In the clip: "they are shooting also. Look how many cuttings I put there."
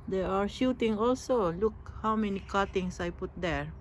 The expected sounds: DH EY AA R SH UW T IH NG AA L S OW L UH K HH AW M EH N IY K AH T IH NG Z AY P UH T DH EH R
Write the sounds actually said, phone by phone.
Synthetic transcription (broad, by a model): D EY AA R SH UW T IH NG AA L S OW L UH K HH AW M EH N IY K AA T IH NG S AY P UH T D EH R